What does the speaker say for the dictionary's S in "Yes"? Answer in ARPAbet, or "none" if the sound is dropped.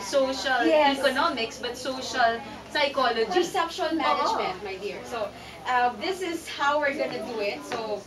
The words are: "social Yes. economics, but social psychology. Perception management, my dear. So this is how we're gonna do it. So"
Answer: none